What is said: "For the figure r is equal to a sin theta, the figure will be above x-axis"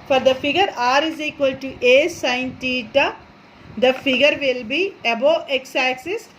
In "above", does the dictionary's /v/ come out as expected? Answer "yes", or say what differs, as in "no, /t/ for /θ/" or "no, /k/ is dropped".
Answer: no, /v/ is dropped